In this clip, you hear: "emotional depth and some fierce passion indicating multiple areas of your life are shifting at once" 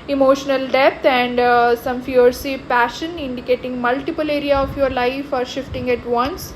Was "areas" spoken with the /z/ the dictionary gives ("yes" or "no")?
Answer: no